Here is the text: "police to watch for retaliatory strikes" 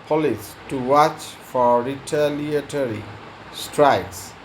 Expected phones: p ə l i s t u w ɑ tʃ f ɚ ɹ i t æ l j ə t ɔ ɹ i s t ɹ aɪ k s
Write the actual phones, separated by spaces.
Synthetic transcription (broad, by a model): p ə l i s t u w ɑ tʃ f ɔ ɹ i t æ l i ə t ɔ ɹ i s t ɹ aɪ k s